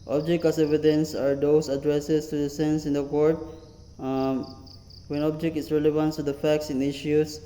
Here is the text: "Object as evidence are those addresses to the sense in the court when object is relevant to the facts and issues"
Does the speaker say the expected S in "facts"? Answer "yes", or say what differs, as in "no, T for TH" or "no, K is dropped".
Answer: yes